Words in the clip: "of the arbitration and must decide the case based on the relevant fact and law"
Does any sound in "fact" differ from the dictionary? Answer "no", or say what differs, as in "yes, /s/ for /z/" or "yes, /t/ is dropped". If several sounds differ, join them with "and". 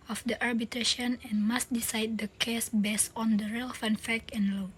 yes, /t/ is dropped